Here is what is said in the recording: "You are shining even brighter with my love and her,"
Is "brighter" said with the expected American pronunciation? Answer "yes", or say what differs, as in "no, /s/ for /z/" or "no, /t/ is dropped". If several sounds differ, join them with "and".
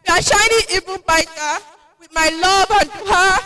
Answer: no, /ɹ/ is dropped